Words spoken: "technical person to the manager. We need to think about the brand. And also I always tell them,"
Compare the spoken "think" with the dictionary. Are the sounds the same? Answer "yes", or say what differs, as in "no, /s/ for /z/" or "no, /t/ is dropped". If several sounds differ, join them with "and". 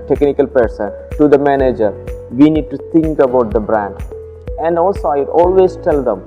no, /t/ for /θ/